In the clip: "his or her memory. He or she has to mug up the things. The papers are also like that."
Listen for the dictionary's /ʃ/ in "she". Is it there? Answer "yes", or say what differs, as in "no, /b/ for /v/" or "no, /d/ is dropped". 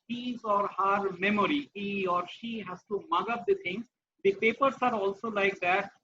yes